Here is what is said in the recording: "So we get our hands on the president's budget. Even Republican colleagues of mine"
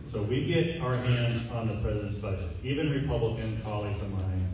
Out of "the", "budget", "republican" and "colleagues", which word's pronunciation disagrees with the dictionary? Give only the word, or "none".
budget